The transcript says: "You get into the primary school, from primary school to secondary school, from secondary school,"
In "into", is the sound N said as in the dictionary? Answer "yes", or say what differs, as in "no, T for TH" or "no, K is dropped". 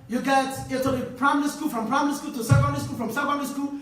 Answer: no, N is dropped